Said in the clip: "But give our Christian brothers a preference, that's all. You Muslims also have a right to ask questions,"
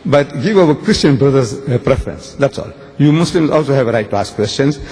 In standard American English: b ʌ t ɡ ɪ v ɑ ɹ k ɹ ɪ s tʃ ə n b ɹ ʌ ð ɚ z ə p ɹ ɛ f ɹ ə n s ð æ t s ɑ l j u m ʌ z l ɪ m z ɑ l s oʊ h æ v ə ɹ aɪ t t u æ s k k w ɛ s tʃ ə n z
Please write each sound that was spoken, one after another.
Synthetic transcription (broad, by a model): b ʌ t ɡ ɪ v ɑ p k ɹ ɪ s tʃ ə n b ɹ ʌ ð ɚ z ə p ɹ ɛ f ɹ ə n s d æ t s ɑ l j u m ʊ s l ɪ m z ɑ l s oʊ h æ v ə ɹ aɪ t t u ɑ s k k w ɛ s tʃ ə n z